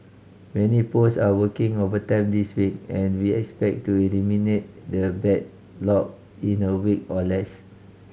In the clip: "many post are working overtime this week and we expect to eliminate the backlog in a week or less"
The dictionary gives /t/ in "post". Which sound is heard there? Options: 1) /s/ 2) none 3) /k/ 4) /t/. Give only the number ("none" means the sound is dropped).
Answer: 2